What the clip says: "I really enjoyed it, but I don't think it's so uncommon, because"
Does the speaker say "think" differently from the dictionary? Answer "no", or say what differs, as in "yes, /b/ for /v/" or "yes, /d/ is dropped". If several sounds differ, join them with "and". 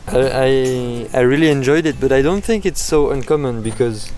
no